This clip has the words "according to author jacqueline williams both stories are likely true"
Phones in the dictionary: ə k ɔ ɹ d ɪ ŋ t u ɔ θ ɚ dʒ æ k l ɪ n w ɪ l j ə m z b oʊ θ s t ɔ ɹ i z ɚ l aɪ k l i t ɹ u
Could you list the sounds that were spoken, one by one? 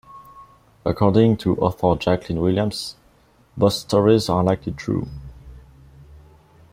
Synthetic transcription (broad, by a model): ə k ɔ ɹ d ɪ ŋ t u ɔ θ ɚ dʒ æ k l ɪ n w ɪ l j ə m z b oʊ s s t ɔ ɹ i z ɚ l aɪ k l i t ɹ u